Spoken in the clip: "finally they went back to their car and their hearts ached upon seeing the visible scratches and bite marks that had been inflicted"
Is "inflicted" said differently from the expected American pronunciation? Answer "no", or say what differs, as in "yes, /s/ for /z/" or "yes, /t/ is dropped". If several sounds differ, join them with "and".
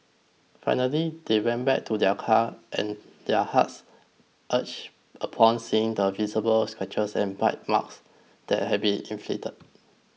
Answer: yes, /k/ is dropped